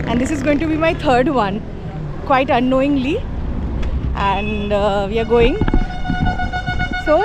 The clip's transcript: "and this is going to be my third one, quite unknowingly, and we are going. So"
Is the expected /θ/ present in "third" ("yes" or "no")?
no